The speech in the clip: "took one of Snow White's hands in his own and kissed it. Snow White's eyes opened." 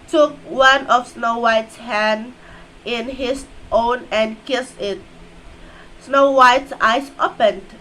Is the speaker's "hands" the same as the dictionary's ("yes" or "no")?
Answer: no